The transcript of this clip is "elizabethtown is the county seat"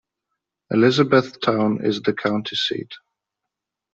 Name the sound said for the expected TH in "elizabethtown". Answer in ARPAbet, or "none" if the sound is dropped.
TH